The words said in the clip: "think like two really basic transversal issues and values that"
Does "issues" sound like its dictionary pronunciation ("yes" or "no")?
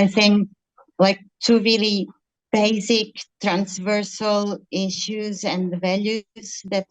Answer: yes